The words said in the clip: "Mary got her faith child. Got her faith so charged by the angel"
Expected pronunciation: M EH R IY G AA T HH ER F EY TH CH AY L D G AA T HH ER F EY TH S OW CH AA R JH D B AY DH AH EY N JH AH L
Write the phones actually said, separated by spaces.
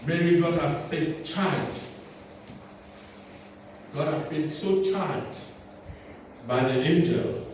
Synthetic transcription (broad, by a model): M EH R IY G AA T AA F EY T CH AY D G AA T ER F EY T S OW CH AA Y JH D B AY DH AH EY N JH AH L